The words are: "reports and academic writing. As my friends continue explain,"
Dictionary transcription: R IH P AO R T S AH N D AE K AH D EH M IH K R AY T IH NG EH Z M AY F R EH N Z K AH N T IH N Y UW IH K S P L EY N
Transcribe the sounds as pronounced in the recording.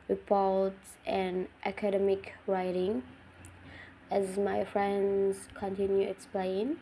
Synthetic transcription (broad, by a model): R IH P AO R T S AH N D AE K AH D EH M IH K R AY T IH NG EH Z M AY F R EH N Z K AH N T IH N Y UW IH K S P L EY N